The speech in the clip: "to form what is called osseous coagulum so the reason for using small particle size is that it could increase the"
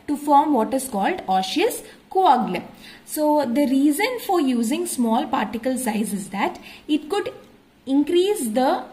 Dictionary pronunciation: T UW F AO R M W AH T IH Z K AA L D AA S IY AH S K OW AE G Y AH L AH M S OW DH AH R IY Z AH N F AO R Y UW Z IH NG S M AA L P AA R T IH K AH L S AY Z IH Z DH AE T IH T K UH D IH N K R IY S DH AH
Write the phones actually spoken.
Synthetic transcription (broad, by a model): T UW F AO R M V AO T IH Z K AA L D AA SH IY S K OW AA G L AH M S OW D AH R IY Z AH N F AO R Y UW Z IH NG S M AA L P AA R T IH K AH L S AY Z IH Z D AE T IH T K UH D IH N K R IY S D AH